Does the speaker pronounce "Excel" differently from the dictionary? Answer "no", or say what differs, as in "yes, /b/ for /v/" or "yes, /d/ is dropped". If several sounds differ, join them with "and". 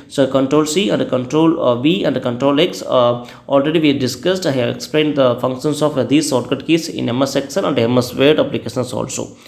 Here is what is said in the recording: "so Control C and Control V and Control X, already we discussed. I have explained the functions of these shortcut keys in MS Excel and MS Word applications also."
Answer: yes, /n/ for /l/